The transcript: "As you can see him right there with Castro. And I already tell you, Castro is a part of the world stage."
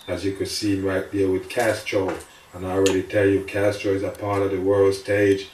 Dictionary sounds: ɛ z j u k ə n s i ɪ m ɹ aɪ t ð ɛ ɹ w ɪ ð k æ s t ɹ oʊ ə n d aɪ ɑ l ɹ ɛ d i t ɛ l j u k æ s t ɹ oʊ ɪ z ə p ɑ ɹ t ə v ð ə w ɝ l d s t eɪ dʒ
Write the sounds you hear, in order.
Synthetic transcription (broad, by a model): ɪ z j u k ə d s i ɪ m ɹ aɪ t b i w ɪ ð k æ s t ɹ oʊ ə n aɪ ɑ l ɹ ɛ d i t ɛ l j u k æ s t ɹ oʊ ɪ z ə p ɑ ɹ t ə v ð ə w ɝ l d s t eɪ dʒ